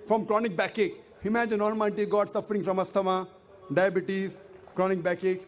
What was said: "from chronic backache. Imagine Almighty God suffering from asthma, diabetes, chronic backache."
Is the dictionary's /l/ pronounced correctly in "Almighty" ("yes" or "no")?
no